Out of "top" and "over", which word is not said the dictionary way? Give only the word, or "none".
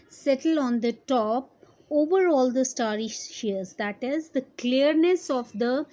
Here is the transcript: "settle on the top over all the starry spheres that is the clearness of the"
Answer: none